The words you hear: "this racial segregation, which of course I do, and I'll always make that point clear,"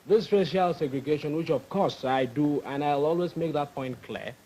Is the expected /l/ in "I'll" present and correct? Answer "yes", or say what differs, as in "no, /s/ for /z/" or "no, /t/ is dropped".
yes